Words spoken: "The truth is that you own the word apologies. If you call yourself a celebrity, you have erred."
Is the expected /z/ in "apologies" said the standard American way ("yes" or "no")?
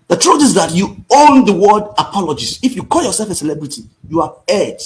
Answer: no